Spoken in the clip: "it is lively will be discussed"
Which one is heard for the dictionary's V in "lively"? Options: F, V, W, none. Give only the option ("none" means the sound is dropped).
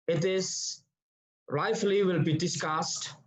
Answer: F